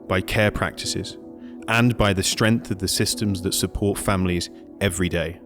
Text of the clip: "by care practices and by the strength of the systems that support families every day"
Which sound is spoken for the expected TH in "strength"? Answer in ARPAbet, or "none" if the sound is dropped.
TH